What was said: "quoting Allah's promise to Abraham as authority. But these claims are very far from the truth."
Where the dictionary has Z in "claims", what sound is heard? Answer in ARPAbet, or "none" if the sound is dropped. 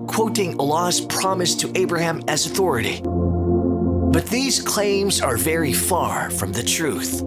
Z